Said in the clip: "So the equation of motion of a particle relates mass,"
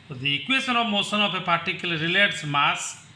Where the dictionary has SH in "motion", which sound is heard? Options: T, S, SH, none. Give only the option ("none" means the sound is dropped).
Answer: S